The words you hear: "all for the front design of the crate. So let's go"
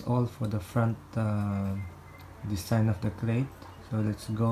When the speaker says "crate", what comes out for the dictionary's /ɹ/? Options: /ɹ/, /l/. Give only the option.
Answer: /l/